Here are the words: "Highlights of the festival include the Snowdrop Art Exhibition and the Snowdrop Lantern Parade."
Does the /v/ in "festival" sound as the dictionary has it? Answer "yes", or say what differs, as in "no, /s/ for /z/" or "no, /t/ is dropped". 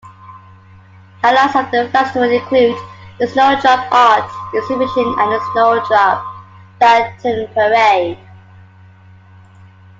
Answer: no, /w/ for /v/